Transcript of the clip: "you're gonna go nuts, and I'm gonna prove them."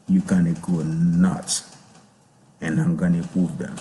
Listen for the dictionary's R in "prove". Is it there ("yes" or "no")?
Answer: no